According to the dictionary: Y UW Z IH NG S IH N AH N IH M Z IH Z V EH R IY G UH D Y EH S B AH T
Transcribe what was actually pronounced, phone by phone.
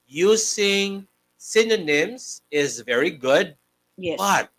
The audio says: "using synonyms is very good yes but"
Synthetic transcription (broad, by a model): Y UW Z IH NG S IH N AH N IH M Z IH Z V EH R IY G UH D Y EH B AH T